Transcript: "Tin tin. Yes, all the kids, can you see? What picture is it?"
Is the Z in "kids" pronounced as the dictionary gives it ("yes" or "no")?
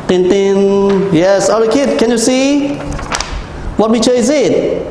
no